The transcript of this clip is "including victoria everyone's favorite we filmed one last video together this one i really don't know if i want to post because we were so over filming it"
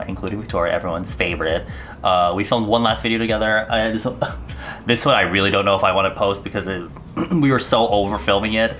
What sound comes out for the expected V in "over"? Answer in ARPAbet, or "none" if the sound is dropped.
V